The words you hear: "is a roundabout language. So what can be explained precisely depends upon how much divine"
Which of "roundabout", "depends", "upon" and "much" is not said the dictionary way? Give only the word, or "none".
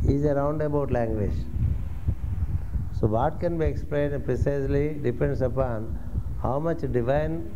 depends